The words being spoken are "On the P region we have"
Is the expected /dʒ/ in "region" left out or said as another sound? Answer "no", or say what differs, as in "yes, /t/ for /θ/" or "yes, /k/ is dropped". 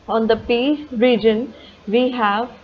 no